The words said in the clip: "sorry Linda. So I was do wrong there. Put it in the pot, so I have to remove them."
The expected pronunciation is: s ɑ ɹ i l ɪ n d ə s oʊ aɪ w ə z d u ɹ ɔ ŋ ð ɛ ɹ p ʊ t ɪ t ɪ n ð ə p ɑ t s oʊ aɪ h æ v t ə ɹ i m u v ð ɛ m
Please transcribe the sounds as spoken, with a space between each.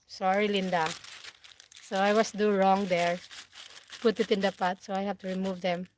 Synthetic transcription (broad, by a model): s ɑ ɹ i l ɪ n d ə s oʊ aɪ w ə s d u ɹ ɔ ŋ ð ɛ ɹ p ʊ t ɪ t ɪ n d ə p ɑ t s oʊ aɪ h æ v t ə ɹ i m u v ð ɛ m